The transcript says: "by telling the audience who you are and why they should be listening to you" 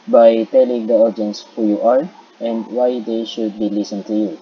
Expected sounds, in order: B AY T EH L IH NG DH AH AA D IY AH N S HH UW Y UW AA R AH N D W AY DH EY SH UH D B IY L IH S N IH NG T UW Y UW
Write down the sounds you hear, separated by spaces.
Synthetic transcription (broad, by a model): B AY T EH L IH NG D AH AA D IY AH N S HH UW Y UW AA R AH N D W AY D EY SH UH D B IY L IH S IH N T UW Y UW